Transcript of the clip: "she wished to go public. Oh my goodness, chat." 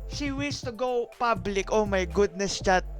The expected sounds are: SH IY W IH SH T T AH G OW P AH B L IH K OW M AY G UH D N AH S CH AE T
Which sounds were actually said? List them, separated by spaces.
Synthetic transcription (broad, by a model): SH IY W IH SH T T AH G OW P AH B L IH K OW M AY G UH D N AH S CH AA T